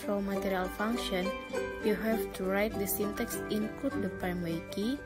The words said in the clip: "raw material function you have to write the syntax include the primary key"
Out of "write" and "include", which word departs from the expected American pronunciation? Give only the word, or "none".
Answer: include